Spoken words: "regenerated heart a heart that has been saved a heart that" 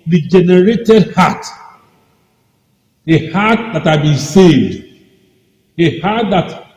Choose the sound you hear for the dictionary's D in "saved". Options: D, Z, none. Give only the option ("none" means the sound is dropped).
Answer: D